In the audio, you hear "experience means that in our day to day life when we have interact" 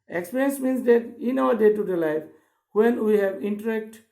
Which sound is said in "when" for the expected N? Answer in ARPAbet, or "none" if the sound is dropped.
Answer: N